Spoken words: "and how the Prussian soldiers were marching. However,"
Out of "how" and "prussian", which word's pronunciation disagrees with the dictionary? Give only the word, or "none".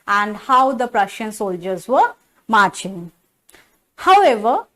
none